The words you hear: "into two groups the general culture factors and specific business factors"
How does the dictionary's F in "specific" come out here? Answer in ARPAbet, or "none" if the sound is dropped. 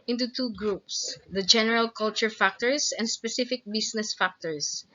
F